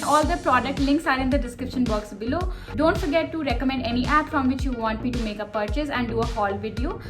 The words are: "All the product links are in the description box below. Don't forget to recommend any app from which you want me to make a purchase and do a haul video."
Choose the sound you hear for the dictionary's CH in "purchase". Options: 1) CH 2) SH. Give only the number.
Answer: 1